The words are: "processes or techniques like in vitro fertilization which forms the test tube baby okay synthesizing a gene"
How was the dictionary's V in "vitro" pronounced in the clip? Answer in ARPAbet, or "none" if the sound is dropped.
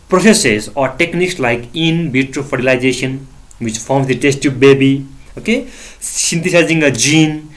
B